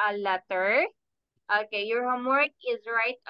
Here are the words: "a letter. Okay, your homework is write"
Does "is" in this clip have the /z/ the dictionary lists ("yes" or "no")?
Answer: yes